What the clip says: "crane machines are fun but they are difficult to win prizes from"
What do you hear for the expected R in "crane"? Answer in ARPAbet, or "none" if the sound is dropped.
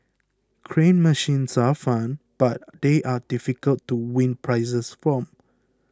R